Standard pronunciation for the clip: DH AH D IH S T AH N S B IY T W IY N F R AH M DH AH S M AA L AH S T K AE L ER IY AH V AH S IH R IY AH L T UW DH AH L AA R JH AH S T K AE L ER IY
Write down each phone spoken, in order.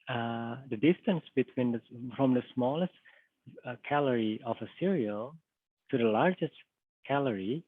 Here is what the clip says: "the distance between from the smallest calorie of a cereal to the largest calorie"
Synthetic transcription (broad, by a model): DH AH D IH S T AH N S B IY T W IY N F R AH M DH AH S M AA L AH S T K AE L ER IY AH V AH S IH R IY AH L T UW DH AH L AA R JH AH S T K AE L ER IY